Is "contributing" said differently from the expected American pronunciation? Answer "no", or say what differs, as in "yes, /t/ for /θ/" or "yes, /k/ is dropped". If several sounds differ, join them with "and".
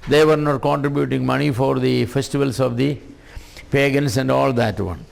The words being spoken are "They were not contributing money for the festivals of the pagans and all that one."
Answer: no